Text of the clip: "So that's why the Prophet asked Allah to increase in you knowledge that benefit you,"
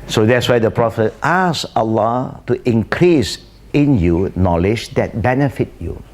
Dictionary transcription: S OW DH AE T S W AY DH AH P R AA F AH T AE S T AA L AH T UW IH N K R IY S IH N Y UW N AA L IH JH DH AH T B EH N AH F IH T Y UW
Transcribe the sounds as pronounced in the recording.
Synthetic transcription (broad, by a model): S OW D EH T S W AY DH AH P R AA F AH T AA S AA L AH T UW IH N K R IY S IH N Y UW N AA L IH JH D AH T B EH N AH F IH T Y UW